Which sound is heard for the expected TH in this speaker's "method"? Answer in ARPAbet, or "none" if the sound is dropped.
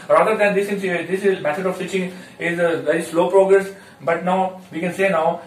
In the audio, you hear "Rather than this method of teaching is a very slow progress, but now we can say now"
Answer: S